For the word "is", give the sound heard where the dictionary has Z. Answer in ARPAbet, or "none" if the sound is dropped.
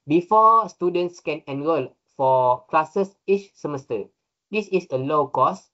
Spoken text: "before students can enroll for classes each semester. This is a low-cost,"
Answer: S